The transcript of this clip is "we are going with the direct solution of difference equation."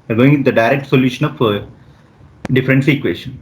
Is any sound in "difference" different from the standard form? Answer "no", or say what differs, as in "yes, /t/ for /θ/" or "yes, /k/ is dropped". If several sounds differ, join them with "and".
no